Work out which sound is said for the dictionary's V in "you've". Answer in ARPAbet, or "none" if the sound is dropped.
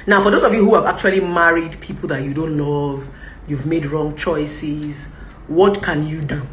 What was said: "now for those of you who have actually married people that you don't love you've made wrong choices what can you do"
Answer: V